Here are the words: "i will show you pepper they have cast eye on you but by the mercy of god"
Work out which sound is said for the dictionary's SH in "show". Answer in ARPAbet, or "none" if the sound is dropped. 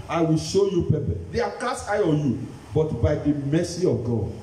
SH